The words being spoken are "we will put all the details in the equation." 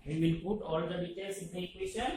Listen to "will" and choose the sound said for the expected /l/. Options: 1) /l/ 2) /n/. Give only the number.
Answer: 2